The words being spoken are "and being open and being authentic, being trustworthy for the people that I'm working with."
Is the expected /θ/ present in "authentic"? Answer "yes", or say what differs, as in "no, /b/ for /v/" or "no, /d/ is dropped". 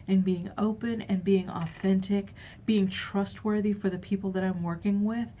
yes